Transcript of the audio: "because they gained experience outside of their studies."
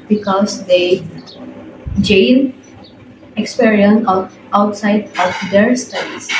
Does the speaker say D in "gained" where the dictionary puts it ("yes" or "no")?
no